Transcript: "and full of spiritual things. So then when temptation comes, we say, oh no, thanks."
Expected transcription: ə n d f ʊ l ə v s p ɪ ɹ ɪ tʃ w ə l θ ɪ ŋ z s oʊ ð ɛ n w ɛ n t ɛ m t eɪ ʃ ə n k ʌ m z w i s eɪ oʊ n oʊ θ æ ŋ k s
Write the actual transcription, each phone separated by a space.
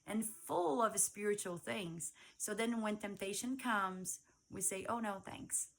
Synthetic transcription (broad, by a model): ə n f ʊ l ə v s p ɪ ɹ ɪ tʃ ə l θ ɪ ŋ z s oʊ ð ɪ n w ɛ n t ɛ m t eɪ ʃ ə n k ʌ m z w i s eɪ oʊ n oʊ θ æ ŋ k s